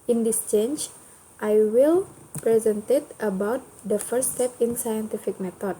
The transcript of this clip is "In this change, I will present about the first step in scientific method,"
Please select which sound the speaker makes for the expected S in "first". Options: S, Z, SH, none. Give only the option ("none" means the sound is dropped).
none